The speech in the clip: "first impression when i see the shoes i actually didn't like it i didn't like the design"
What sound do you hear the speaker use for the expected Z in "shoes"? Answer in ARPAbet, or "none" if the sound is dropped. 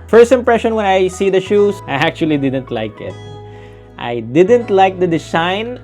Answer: S